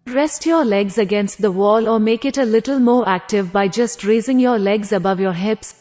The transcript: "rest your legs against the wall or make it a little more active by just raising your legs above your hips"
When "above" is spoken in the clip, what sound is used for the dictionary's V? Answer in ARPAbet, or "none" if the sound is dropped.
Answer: V